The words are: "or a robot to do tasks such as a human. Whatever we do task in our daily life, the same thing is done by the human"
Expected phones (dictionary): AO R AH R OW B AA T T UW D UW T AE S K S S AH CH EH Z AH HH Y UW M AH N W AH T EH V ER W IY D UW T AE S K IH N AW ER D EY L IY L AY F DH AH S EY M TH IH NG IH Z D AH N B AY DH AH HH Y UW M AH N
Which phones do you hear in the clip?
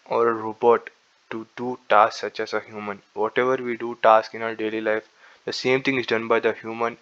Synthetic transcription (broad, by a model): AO R AH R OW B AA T T UW D UW T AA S S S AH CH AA S AH HH Y UW M AH N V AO T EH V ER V IY D UW T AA S K IH N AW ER D EY L IY L AY F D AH S EY M T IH NG IH Z D AH N B AY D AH HH Y UW M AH N